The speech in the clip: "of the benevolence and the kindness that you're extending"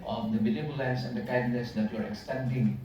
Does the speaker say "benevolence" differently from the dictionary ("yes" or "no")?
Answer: yes